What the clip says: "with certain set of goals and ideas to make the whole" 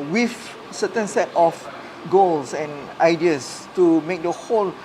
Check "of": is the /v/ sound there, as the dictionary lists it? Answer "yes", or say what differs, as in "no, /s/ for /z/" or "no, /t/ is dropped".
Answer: no, /f/ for /v/